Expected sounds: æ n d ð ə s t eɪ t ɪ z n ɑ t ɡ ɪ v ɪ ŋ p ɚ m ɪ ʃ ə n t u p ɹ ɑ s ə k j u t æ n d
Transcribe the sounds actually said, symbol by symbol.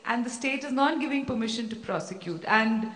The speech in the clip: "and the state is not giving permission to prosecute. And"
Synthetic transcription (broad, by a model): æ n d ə s t eɪ t ɪ z n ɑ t ɡ ɪ v ɪ ŋ p ɚ m ɪ ʃ ə n t u p ɹ ɑ s ə k j u t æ n d